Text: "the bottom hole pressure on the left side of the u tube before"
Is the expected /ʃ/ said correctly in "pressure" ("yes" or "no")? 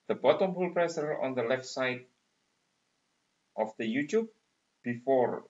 no